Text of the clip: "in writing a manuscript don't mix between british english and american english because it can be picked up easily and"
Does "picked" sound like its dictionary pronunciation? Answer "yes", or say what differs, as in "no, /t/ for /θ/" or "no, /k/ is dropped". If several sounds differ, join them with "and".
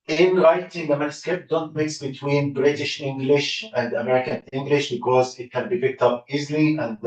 yes